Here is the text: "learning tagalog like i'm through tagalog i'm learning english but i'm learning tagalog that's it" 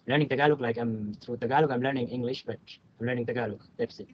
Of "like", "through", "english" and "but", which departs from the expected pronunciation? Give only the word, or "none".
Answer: through